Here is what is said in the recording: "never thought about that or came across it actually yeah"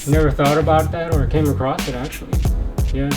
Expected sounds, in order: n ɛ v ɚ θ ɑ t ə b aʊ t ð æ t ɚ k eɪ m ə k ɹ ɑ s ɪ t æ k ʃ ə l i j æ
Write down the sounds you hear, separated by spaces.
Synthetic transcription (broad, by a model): n ɛ v ɚ θ ɑ t ə b aʊ t ð æ t ɚ k eɪ m ə k ɹ ɑ s ɪ t æ k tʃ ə l i j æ